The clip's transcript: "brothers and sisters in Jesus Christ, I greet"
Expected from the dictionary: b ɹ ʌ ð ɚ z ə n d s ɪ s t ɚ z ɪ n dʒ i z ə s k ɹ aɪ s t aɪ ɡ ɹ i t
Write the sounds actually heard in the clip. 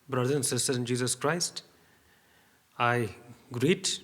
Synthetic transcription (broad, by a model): b ɹ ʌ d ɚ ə n s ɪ s t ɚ ɪ n dʒ i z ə s k ɹ aɪ s t aɪ ɡ ɹ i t